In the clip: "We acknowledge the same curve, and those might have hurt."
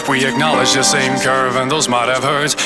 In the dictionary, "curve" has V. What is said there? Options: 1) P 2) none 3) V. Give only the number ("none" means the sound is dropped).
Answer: 3